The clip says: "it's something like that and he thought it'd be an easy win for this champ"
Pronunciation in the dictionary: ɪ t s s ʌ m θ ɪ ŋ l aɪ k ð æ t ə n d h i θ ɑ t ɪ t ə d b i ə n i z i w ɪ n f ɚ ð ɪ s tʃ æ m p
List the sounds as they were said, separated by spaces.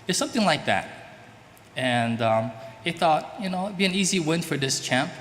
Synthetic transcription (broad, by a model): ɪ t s s ʌ m θ ɪ ŋ l aɪ k ð æ t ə n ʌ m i θ ɑ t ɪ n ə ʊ b i ə n i z i w ɪ n f ɚ ð ɪ s tʃ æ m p